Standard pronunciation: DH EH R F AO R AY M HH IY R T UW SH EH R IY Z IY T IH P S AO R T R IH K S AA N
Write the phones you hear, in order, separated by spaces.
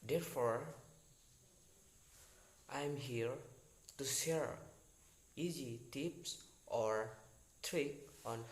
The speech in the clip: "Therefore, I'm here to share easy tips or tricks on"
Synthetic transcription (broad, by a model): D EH R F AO R AY M HH IY R T UW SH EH R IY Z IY T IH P S AO R T R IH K AA N